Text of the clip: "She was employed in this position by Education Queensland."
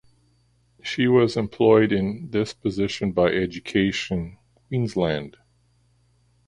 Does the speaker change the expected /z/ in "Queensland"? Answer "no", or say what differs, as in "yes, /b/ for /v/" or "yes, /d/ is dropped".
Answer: no